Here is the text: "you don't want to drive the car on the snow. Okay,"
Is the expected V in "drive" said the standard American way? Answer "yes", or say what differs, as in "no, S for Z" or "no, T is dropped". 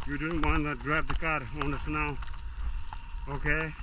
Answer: no, P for V